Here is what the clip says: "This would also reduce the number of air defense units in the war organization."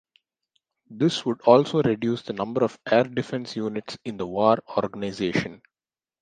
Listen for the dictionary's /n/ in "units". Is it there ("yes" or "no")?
yes